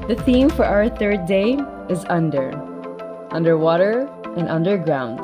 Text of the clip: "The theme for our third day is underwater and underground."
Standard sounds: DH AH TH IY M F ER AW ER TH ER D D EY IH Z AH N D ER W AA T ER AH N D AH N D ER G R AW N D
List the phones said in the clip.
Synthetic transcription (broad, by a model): DH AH TH IY M F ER AW ER TH ER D D EY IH Z AH N D ER W AA T ER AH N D AH N D ER G R AW N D